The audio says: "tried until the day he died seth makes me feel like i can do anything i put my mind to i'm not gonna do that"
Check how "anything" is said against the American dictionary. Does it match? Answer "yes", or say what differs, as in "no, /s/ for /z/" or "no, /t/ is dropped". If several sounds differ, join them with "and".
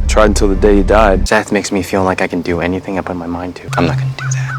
yes